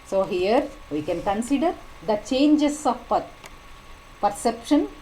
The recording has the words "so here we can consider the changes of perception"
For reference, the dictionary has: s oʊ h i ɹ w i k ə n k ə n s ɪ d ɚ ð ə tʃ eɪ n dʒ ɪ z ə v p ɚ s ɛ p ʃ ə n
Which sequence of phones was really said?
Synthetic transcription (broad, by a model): s oʊ h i ɹ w i k ə n k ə n s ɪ d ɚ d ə tʃ eɪ n dʒ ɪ s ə p p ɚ s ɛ p ʃ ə n